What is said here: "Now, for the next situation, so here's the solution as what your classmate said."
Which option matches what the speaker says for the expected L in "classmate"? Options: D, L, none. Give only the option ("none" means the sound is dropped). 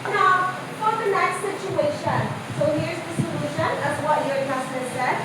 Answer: none